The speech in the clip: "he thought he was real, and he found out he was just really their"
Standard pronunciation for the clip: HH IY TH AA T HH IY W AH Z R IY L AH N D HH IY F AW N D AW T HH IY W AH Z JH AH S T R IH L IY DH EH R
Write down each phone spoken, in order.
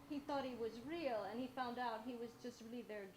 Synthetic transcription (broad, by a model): HH IY TH AA T HH IY W AH Z R IY L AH N IY F AW N D AW T HH IY W AH Z JH AH S T R IH L IY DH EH R